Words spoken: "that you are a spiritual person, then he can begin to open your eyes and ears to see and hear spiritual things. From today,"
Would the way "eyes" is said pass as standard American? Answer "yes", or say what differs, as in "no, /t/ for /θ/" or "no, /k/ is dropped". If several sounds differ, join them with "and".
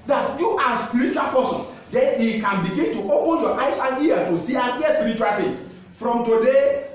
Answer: no, /s/ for /z/